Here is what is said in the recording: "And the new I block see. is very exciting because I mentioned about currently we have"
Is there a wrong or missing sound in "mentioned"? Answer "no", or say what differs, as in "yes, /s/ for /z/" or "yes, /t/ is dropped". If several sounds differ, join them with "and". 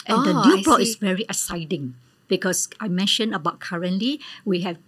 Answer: yes, /d/ is dropped